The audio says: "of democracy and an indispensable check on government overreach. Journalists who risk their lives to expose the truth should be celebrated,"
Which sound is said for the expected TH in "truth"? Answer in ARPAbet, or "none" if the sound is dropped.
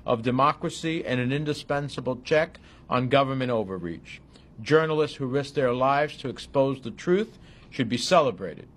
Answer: TH